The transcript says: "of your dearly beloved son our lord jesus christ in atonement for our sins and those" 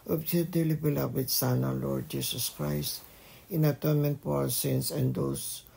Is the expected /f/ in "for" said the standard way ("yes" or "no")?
no